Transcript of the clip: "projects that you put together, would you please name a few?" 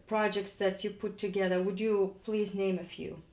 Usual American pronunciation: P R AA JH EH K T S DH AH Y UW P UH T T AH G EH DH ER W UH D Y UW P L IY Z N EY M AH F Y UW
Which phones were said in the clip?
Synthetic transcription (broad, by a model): P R AA JH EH K T S DH AH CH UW P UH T T AH G EH DH ER W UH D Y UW P L IY Z N EY M AH F Y UW